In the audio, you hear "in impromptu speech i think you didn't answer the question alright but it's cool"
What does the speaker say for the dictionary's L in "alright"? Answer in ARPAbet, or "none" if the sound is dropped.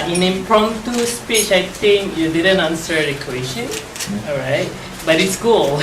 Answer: none